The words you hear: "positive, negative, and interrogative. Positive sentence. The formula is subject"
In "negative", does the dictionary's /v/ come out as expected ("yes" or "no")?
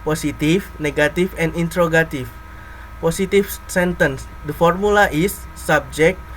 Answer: no